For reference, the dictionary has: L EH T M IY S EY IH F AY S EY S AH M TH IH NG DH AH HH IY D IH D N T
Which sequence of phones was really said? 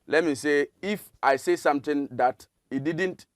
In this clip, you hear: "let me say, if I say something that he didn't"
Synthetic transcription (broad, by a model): L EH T M IY S EY IH F AY S EY S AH M T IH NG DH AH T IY D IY D N T